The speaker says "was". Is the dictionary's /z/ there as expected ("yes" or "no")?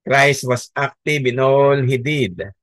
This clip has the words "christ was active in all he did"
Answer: no